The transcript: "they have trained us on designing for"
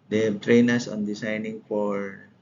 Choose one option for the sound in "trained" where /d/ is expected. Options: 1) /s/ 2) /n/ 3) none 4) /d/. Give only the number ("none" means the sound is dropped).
3